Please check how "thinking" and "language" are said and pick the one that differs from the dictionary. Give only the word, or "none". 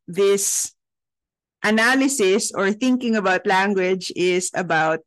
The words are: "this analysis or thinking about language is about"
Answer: none